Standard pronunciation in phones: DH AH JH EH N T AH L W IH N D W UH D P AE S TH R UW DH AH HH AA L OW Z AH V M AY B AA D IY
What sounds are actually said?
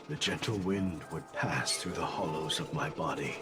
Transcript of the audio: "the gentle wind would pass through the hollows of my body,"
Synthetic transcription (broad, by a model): DH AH JH EH N T L W IH N D W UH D P AE S TH R UW DH AH HH AA L OW Z AH V M AY B AA D IY